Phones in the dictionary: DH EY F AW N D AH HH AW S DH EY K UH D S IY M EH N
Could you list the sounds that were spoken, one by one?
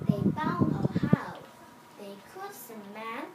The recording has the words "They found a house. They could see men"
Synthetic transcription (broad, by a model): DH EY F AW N AH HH AW DH EY K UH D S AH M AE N